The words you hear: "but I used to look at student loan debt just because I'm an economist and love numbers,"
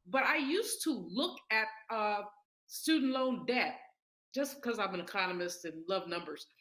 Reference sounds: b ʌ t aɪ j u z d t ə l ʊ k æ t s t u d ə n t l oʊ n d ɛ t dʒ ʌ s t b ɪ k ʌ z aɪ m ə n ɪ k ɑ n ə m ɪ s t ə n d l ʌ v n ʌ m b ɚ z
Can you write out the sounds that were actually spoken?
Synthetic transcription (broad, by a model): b ʌ t aɪ j u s t ə l ʊ k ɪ t s t u d n t l oʊ n d ɛ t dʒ ʌ s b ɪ k ʌ z aɪ m ə n ɪ k ɑ n ə m ɪ s t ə n l ʌ v n ʌ m b ɚ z